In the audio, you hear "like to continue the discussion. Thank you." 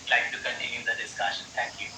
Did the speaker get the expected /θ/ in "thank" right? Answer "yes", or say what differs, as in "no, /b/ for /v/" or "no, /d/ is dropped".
no, /t/ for /θ/